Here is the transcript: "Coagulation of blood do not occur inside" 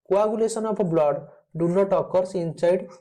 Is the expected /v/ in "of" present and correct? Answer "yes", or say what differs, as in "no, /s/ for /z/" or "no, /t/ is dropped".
no, /p/ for /v/